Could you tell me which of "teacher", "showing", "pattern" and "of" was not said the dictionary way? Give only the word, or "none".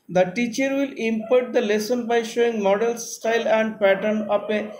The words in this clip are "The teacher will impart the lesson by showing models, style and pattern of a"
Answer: of